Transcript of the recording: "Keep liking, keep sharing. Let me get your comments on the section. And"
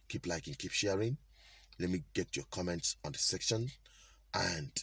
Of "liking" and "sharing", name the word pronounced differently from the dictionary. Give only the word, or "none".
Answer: none